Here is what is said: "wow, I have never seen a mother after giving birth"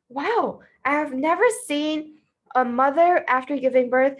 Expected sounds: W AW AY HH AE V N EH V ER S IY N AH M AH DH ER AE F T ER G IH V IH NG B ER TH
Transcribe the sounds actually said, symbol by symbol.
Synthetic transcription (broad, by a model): W AW AY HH V N EH V ER S IY N AH M AH DH ER AE F T ER G IH V IH NG B ER TH